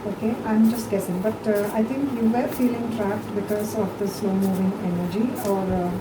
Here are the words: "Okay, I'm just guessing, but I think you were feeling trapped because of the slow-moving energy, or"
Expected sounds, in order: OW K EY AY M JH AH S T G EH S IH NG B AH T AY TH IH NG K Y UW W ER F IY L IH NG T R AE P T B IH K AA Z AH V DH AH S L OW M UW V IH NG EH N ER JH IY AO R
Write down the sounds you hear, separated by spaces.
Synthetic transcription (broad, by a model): OW K EY AY M JH AH S T G EH S IH NG B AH T AY T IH NG K Y UW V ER F IY L IH NG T R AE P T B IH K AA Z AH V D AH S L OW M UW V IH NG EH N ER JH IY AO R